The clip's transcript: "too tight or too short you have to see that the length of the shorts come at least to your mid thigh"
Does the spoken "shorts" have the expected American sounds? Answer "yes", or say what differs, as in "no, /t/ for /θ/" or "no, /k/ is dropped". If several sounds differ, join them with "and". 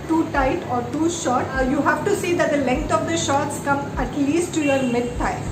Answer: yes